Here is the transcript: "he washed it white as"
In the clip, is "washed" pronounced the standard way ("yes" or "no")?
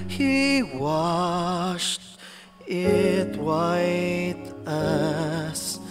yes